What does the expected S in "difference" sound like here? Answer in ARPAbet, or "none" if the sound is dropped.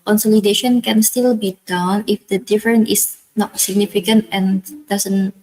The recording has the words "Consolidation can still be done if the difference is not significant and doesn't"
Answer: none